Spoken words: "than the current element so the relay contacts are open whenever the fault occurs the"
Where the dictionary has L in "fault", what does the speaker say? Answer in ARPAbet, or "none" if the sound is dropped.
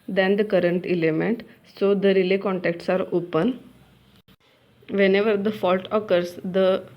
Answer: L